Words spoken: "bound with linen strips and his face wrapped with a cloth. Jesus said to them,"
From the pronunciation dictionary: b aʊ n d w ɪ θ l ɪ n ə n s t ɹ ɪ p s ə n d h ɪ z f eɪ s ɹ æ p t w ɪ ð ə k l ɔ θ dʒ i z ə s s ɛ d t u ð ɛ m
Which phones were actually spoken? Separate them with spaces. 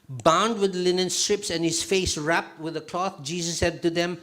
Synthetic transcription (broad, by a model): b aʊ n d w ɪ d l ɪ n ə n s t ɹ ɪ p s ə n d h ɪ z f eɪ s ɹ æ p t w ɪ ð ə k l ɔ θ dʒ i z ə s s ɛ d t u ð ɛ m